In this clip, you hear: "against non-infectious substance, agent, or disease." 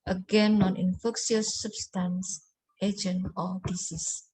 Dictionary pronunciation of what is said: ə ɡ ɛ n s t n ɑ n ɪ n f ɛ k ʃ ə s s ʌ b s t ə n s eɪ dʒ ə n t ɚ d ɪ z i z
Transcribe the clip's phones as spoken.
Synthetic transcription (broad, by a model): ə ɡ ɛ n n ɑ n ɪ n f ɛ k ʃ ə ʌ s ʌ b s t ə n s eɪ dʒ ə n ɔ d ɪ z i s